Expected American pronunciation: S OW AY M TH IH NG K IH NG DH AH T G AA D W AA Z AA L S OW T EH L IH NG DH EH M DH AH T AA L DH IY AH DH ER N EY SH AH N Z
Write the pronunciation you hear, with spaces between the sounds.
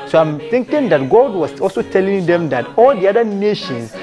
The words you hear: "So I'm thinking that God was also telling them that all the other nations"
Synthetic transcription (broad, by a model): S OW AY M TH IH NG K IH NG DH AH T G AA D W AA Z AA L S OW T EH L IH NG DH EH M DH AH T AA L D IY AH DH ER N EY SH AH N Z